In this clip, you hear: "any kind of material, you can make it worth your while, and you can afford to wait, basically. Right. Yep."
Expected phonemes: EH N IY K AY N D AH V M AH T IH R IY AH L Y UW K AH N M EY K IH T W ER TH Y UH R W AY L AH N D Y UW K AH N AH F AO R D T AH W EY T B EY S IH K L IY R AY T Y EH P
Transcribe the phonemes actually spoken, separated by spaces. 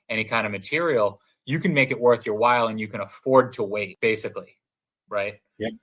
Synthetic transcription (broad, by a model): EH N IY K AY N D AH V M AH T IH R IY L Y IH K AH N M EY K IH T W ER TH Y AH R W AY L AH N Y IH K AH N AH F AO R D T AH W EY T B EY S IH K L IY R AY T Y